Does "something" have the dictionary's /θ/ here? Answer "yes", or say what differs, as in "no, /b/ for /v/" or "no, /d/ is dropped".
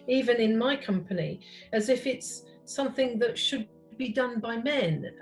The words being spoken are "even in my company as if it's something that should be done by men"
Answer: yes